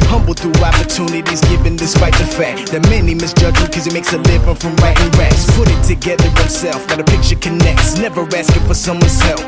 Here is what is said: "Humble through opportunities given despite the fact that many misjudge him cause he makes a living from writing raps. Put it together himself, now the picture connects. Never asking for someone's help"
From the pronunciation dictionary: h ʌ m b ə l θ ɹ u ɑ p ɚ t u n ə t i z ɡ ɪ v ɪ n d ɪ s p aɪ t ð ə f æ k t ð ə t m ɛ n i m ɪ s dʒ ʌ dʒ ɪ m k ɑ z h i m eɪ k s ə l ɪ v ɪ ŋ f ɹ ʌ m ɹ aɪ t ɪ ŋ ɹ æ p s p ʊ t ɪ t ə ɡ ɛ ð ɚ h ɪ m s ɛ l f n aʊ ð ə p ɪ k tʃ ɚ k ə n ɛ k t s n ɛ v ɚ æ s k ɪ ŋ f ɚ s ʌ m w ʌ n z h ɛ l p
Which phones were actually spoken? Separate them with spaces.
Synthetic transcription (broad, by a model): h ʌ m b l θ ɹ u ɑ p ɚ t u n ə t i z ɡ ɪ v ɪ n d ɪ s p aɪ t ð ə f æ k t ð ə t m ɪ n i m ɪ s dʒ ʌ dʒ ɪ k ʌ z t m eɪ k s ə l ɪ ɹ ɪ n f ɹ ʌ m ɹ aɪ t ɪ ŋ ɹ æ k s p ʊ t ɪ t ə ɡ ɛ ð ɚ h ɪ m s ɛ l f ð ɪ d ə p ɪ k tʃ ɚ k ə n ɛ k t s n ɛ v ɚ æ s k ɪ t f ɚ s ʌ m w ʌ n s ɛ l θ